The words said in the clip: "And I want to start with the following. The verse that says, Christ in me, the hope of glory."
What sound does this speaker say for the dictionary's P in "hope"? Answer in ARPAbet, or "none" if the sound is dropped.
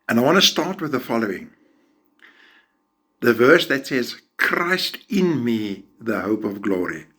P